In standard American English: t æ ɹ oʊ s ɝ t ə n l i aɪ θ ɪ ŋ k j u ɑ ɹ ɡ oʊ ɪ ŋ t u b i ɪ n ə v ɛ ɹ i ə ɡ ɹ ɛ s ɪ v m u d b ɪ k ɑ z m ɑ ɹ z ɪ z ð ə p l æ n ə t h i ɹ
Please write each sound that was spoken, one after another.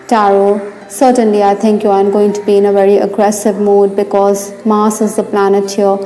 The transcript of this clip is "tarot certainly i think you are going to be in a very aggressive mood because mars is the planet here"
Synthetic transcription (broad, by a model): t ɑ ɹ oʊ s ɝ t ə n l i aɪ t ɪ ŋ k j u ɑ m ɡ oʊ ɪ ŋ t u b i ɪ n ə v ɛ ɹ i ə ɡ ɹ ɛ s ɪ v m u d b ɪ k ɑ z m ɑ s ɪ z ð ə p l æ n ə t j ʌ